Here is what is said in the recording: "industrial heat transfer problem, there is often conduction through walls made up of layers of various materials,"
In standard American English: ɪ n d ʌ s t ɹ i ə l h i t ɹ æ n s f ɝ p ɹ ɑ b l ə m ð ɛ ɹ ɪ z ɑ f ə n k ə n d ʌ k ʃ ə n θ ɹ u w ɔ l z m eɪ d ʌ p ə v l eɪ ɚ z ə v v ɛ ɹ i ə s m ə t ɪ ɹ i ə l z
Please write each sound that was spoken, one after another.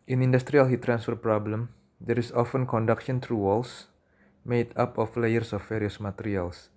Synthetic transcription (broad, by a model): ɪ n d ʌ s t ɹ i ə l h i t ɹ æ n s f ɝ p ɹ ɑ b l ə m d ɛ ɹ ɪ s ɑ f ə n k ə n d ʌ k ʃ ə n t ɹ u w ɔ l s m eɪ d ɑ p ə f l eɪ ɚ s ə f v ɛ ɹ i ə s m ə t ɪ ɹ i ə l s